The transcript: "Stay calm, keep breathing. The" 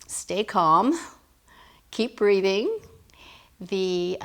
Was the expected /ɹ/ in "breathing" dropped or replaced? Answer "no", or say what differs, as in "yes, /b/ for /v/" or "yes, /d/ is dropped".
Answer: no